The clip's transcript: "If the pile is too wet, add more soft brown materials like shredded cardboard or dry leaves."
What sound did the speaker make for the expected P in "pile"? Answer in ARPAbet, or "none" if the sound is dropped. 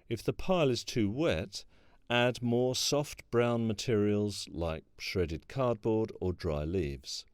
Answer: P